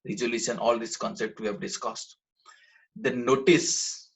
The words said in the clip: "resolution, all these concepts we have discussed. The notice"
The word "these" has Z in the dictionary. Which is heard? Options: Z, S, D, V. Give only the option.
S